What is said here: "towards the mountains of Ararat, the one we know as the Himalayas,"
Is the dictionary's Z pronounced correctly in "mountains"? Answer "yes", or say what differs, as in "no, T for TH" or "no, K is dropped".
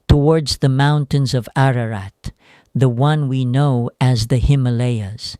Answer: yes